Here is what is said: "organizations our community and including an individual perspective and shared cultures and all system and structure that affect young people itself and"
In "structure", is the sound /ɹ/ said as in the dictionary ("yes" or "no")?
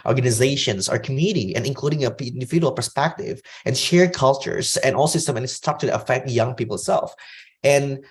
no